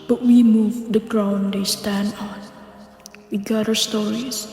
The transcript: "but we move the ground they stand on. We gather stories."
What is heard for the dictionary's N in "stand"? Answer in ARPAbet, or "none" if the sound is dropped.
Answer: N